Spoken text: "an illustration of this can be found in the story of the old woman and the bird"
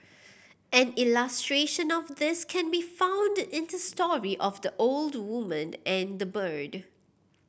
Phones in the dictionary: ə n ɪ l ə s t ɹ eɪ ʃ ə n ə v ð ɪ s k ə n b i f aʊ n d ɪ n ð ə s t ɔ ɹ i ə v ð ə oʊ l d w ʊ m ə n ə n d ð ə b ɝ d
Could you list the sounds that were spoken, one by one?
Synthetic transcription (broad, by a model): ə n ɪ l ə s t ɹ eɪ ʃ ə n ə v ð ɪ s k ə n b i f aʊ n d ɪ n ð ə s t ɔ ɹ i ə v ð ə oʊ l d w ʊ m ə n ə n d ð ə b ɝ d